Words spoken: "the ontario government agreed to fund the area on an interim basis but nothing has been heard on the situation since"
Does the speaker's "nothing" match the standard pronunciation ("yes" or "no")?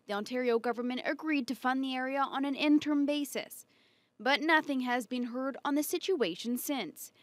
yes